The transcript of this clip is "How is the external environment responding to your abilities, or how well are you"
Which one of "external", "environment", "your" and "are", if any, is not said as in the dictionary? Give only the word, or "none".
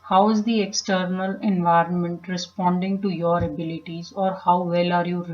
none